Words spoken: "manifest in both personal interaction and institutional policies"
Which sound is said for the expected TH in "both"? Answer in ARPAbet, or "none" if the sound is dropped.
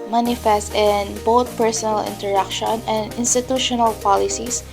T